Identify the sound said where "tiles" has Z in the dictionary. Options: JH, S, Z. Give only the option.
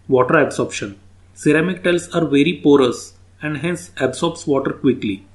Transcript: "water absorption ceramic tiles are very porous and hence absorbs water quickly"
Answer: S